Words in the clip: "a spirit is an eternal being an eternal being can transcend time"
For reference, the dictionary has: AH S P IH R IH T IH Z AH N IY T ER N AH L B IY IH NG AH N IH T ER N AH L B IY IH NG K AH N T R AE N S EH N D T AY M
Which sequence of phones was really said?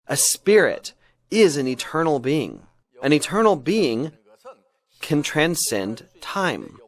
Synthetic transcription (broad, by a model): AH S P IH R IH T IH Z AH N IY T ER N L B IY IH NG AH N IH T ER N L B IY IH NG K AH N T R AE N S EH N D T AY M